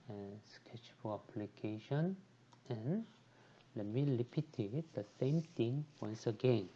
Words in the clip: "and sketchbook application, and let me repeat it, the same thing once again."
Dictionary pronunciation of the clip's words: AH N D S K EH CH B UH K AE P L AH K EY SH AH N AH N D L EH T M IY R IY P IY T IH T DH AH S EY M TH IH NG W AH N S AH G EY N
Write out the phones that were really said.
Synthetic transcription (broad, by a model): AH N S K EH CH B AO AE P L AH K EY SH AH N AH N L EH T M IY L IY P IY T IH T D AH S EY M T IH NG W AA N S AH G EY N